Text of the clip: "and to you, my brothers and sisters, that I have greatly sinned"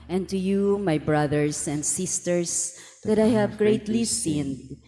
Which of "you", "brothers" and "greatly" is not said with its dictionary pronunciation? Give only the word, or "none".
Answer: brothers